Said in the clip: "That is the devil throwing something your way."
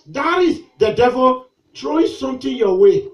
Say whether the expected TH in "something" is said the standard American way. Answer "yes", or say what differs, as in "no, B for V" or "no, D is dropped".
no, T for TH